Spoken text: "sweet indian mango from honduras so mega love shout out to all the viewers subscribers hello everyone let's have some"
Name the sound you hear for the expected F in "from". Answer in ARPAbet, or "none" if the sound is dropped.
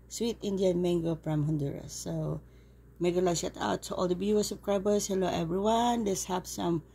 P